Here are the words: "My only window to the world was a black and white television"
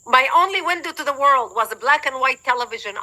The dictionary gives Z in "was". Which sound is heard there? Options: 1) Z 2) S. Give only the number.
1